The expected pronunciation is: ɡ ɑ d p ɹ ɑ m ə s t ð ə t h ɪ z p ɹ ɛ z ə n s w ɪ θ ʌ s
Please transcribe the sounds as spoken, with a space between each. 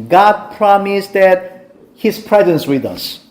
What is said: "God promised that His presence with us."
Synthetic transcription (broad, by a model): ɡ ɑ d p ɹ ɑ m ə s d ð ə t h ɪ s p ɹ ɛ z ə n s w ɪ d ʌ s